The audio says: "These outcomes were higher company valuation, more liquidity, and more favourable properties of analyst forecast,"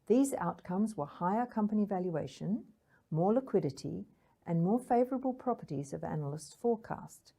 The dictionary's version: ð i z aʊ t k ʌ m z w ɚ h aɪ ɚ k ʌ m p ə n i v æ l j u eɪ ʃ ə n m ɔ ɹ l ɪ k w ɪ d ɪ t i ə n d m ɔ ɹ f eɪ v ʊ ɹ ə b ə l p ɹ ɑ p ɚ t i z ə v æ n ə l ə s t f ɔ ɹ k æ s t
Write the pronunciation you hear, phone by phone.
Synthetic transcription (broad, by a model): ð i z aʊ t k ʌ m z w ɚ h aɪ ɚ k ʌ m p ə n i v æ l j u eɪ ʃ ə n m ɔ ɹ l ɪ k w ɪ d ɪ t i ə n m ɔ ɹ f eɪ v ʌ ɹ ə b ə l p ɹ ɑ p ɚ t i z ə v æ n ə l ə s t f ɔ ɹ k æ s t